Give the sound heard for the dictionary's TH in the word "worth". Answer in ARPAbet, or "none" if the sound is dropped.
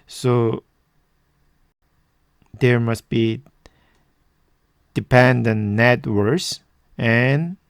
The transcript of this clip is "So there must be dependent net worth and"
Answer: S